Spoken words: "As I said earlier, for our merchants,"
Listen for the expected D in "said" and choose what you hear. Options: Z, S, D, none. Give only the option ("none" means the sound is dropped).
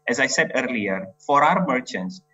D